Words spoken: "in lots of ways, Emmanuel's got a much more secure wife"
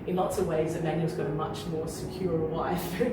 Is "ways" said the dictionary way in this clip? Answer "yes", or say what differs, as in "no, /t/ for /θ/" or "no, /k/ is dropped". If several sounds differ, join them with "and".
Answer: yes